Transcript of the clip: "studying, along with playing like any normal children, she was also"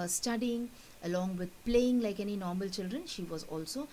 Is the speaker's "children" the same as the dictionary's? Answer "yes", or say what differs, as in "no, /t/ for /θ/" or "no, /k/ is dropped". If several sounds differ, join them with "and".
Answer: yes